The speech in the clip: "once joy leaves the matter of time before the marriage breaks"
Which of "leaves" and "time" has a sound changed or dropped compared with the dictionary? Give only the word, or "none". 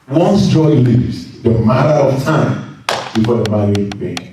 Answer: leaves